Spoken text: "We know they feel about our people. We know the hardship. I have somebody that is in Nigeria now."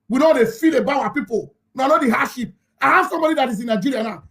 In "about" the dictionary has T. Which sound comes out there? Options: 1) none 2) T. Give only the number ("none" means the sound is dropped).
1